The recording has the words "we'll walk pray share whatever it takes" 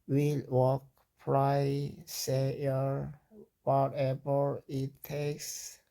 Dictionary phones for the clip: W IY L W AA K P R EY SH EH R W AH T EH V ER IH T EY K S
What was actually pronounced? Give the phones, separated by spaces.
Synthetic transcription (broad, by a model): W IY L W AA K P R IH S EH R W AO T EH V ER IH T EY K S